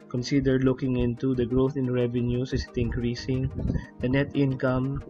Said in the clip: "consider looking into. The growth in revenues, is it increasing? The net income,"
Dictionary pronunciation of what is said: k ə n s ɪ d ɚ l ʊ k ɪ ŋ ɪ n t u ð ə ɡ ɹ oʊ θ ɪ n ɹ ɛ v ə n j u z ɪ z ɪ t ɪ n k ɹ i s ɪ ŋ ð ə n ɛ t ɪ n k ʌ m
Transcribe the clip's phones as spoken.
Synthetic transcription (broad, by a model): k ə n s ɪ d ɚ l ʊ k ɪ ŋ ɪ n t u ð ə ɡ ɹ oʊ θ ɪ n ɹ ɛ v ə n j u s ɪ s ɪ t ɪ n k ɹ i s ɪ ŋ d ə n ɛ t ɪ n k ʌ m